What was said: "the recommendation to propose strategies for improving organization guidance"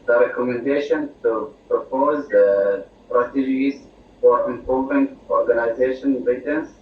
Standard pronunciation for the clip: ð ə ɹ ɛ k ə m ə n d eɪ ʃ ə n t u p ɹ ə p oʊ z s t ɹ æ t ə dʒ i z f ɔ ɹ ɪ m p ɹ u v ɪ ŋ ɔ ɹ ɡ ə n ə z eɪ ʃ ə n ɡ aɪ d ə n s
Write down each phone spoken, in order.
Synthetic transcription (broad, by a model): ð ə ɹ ɛ k ə m ə n d eɪ ʃ ə n t u p ɹ ə p oʊ z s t ɹ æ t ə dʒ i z f ɔ ɹ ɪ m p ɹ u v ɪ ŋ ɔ ɹ ɡ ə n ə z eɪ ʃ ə n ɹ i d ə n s